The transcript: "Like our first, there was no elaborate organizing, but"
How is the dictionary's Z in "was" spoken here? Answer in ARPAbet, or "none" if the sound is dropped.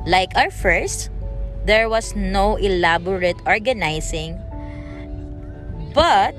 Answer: S